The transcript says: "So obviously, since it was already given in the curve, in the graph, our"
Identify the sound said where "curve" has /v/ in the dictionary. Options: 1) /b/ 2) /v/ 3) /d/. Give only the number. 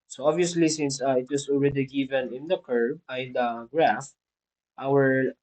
1